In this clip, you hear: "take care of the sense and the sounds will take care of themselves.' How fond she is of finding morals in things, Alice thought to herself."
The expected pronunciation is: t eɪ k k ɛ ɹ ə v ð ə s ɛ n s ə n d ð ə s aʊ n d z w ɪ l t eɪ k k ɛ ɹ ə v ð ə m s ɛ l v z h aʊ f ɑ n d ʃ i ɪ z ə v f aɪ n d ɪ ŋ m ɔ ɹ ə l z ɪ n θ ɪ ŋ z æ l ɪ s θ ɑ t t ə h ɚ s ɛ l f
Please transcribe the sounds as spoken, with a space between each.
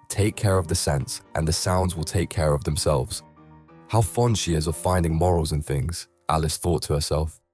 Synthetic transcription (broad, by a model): t eɪ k k ɛ ɹ ə v ð ə s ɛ n s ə n ð ə s aʊ n d z w ɪ l t eɪ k k ɛ ɹ ə v ð ə m s ɛ l v z h aʊ f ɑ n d ʃ i ɪ z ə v f aɪ n d ɪ ŋ m ɔ ɹ ə l z ɪ n θ ɪ ŋ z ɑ l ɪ s θ ɑ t t ə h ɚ s ɛ l f